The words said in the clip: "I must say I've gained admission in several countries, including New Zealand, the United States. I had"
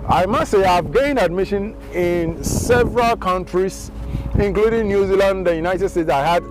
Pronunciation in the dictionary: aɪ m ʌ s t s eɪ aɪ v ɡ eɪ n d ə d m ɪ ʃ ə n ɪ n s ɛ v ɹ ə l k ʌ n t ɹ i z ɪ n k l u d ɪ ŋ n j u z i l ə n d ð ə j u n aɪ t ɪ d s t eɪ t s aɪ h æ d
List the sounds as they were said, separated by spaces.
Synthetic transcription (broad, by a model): aɪ m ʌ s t s eɪ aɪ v ɡ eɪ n ə d m ɪ ʃ ə n ɪ n s ɛ v ɹ ə l k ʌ n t ɹ i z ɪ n k l u d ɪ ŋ n j u z i l ə n d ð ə j u n aɪ t ɪ d s t eɪ t s aɪ h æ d